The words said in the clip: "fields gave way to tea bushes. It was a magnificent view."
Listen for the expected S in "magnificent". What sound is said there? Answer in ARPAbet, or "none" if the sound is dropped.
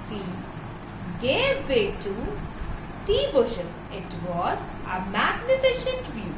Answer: SH